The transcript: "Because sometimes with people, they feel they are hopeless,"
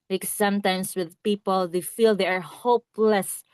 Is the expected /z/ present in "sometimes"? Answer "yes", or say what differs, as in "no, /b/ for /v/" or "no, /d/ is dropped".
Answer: no, /s/ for /z/